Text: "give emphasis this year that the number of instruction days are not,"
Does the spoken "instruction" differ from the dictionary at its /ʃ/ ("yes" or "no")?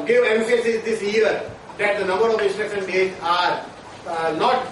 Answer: yes